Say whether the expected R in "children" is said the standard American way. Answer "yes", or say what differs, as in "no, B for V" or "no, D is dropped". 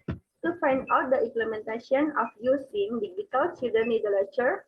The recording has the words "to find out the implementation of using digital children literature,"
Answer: no, R is dropped